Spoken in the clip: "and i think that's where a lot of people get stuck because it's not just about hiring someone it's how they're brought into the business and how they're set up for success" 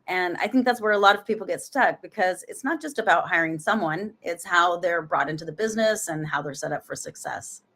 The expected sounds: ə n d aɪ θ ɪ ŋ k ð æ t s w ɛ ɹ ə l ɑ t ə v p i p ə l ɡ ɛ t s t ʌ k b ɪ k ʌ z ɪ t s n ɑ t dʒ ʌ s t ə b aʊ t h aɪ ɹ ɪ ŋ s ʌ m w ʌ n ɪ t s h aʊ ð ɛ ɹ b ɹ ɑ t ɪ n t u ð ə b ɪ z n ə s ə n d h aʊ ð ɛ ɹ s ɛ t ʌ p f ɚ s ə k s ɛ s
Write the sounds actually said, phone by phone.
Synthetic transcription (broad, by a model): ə n aɪ θ ɪ ŋ k ð æ t s w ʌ ɹ ə l ɑ t ə v p i p l ɡ ɛ t s t ʌ k b ɪ k ʌ z ɪ t s n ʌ t dʒ ʌ s t ə b aʊ t h aɪ ɹ ɪ ŋ s ʌ m w ʌ n ɪ t s h aʊ ð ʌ ɹ b ɹ ɑ t ɪ n t u ð ə b ɪ z n ə s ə n h aʊ ð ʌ ɹ s ɛ t ʌ p f ɚ s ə k s ɛ s